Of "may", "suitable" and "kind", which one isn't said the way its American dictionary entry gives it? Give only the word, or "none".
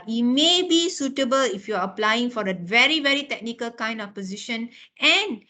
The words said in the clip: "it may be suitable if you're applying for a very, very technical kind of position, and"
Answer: none